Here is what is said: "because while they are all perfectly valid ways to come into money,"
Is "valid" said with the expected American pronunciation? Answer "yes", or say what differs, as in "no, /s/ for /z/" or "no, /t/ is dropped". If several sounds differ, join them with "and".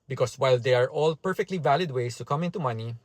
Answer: yes